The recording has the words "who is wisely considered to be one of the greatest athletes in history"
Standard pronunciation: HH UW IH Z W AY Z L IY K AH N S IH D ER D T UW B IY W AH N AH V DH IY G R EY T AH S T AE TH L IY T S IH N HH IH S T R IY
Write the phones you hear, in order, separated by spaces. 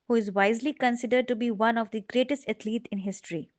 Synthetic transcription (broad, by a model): HH UW IH Z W AY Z L IY K AH N S IH D ER D T UW B IY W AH N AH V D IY G R EY T AH S T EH T L IY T IH N HH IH S T R IY